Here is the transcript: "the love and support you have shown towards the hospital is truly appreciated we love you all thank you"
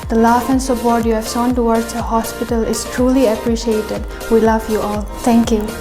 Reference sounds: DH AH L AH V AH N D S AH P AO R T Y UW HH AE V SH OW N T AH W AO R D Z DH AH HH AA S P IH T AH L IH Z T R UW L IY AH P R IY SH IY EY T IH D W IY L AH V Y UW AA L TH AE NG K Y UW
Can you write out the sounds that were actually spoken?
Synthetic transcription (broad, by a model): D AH L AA F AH N S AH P AO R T Y UW HH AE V S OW N T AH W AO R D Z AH HH AA S P IH T AH L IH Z T R UW L IY AH P R IY SH IY EY T IH D W IY L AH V Y UW AA L T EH NG K Y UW